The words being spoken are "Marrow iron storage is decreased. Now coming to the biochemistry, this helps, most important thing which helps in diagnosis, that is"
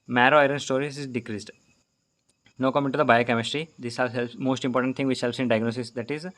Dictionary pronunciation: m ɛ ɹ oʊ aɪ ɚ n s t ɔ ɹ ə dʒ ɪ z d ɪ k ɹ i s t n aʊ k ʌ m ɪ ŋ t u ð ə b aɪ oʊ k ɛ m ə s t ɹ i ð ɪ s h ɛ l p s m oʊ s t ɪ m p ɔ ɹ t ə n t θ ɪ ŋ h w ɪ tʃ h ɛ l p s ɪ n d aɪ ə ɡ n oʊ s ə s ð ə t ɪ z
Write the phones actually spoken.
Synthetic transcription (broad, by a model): m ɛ ɹ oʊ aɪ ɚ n s t ɔ ɹ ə z ɪ z d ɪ k ɹ i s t n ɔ k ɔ m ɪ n t u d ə b aɪ oʊ k ɛ m ə s t ɹ i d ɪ s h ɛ l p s m oʊ s t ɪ m p ɔ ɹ t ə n t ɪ ŋ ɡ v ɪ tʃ h ɛ l p s ɪ n d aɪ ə ɡ n oʊ s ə s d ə t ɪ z